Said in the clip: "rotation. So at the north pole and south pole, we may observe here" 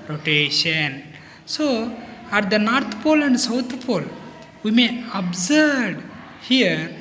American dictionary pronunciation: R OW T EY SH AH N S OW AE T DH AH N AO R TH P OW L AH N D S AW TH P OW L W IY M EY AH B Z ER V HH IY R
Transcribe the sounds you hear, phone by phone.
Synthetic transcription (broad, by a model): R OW T EY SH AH N S OW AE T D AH N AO R T P OW L AH N D S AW T P OW L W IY M EY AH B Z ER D HH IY R